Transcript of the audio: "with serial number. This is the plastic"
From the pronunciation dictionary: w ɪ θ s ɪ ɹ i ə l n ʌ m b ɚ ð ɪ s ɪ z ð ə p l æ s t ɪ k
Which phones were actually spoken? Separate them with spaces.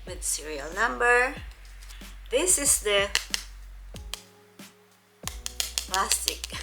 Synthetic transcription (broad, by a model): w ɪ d s ɪ ɹ i ə l n ʌ m b ɚ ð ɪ s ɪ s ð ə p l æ s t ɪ k